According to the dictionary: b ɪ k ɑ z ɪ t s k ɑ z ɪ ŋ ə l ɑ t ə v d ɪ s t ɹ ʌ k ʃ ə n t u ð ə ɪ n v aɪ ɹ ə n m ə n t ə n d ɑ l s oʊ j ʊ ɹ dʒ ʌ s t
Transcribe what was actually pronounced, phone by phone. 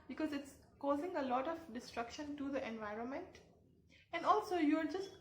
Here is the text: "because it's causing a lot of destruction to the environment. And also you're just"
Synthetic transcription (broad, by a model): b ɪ k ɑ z ɪ t s k ɑ z ɪ ŋ ə l ɑ t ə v d ɪ s t ɹ ʌ k ʃ ə n t u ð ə ɪ n v aɪ ɹ ə n m ə n t ə n d ɑ l s oʊ j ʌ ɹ dʒ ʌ s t